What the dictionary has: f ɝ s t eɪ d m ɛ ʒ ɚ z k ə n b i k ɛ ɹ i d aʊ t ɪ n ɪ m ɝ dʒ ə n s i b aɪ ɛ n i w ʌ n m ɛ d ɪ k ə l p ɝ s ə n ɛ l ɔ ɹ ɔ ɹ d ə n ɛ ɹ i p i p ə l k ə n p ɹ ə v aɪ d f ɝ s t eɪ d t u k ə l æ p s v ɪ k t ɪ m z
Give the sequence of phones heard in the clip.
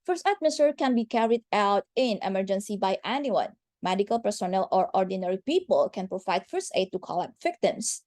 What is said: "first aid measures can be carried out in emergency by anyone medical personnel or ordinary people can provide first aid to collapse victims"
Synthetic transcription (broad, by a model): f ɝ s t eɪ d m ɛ s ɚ k ə n b i k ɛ ɹ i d aʊ t ɪ n ɪ m ɝ dʒ ə n s i b aɪ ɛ n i w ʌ n m ɛ d ɪ k ə l p ɝ s ə n ɛ l ɔ ɹ ɔ ɹ d ə n ɛ ɹ i p i p ə l k ə n p ɹ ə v aɪ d f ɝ s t eɪ d t u k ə l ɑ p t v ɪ k t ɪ m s